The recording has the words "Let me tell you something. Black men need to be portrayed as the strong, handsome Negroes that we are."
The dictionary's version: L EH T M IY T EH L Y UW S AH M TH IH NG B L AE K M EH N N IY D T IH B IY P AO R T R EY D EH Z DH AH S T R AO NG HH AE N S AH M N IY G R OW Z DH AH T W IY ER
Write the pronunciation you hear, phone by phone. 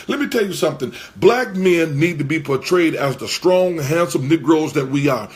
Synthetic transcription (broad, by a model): L EH T M IY T EH L Y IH S AH M TH IH NG B L AE K M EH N N IY D T IH B IY P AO R T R EY D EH Z DH AH S T R AO NG HH AE N S AH M N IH G R OW Z DH AH T W IY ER